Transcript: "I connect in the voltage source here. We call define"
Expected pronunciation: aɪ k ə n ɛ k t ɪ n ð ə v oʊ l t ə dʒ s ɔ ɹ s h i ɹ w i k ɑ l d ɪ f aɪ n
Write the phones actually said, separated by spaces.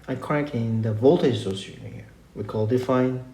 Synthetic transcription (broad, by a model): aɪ k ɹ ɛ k ɪ n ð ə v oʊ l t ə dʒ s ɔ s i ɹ w i k ɑ l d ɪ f aɪ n